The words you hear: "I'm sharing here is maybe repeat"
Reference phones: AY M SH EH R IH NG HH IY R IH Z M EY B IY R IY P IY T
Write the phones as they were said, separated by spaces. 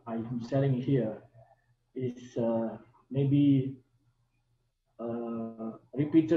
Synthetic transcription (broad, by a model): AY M S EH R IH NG HH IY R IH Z M EY B IY R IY P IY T